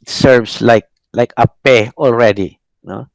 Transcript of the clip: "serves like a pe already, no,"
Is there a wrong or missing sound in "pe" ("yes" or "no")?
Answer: no